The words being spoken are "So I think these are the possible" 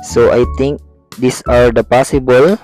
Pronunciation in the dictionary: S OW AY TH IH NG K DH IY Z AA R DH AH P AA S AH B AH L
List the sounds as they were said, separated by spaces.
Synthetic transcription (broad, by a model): S OW AY T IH NG K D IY S AA R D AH P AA S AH B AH L